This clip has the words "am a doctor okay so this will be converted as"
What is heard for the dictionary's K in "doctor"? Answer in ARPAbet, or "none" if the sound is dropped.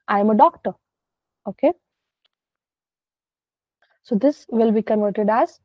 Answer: K